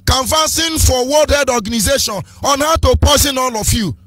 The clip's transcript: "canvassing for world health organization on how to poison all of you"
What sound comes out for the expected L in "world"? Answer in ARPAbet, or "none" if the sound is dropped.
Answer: none